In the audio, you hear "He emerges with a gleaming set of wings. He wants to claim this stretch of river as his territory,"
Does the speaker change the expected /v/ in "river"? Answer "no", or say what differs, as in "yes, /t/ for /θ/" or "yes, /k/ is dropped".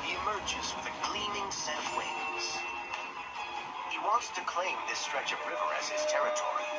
no